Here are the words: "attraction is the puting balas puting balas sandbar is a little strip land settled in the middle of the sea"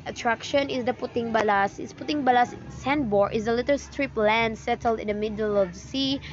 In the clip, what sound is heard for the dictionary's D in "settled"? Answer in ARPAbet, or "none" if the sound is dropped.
D